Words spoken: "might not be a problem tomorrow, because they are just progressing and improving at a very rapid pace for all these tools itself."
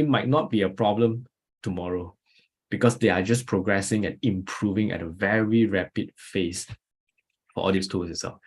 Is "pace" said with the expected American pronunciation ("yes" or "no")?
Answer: no